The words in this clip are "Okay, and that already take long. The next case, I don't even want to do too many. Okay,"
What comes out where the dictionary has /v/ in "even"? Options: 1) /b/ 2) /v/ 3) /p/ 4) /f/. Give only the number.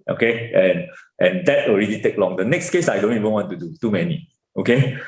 2